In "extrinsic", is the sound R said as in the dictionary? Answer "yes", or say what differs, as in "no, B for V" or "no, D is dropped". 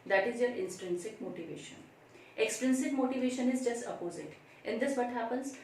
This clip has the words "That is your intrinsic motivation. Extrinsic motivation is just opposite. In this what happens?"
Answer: yes